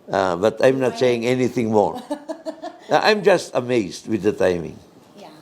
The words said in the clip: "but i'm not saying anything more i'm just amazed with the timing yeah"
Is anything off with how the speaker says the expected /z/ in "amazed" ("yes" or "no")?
yes